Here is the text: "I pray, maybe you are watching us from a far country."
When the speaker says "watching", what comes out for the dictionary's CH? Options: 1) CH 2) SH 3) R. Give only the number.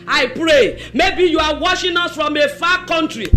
2